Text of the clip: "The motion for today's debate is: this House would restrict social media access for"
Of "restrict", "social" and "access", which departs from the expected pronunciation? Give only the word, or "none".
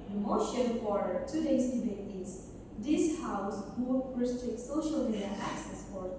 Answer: none